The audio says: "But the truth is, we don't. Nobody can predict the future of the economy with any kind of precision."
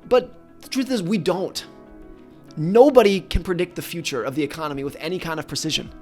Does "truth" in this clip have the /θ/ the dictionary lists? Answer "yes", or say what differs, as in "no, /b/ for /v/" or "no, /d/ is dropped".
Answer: yes